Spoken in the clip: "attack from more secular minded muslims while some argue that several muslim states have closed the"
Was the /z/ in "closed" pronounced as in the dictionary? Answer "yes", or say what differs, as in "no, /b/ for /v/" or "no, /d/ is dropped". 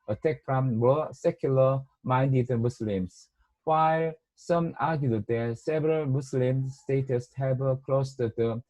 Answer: no, /s/ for /z/